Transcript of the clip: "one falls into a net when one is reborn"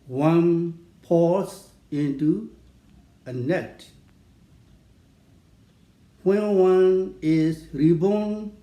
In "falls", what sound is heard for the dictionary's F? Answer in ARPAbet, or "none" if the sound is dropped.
P